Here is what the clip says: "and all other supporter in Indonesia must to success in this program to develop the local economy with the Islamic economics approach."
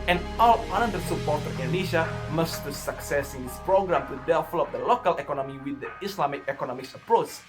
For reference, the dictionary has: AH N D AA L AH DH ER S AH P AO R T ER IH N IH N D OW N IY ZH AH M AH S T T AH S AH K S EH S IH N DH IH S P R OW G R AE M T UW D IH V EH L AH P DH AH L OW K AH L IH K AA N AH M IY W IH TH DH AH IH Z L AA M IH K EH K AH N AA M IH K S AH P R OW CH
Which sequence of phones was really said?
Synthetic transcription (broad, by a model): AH N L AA N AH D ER S AH P AO R T ER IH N N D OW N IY SH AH M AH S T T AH S AH K S EH S IH N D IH S P R OW G R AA M T UW D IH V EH L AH P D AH L OW K AH L IH K AA N AH M IY W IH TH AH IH S L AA M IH K EH K AH N AA M IH K S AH P R OW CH